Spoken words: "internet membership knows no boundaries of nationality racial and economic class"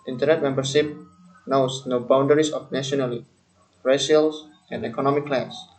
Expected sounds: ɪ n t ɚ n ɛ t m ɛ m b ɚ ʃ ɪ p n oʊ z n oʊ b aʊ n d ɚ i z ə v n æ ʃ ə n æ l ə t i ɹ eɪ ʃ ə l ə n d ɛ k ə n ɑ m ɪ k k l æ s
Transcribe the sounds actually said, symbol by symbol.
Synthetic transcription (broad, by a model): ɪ n t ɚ n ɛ t m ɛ m b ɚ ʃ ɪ p n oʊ s n oʊ b aʊ n d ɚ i s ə f n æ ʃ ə ɔ n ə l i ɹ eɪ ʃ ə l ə n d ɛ k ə n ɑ m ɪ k k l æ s